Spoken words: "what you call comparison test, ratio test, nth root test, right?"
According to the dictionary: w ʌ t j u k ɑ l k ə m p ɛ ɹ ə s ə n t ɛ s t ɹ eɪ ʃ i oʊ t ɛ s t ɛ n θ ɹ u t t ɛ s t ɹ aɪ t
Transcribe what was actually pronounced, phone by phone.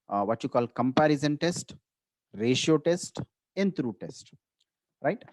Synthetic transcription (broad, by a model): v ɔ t j u k ɑ l k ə m p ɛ ɹ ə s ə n t ɛ s t ɹ eɪ ʃ i oʊ t ɛ s t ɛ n t ɹ u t t ɛ s t ɹ aɪ t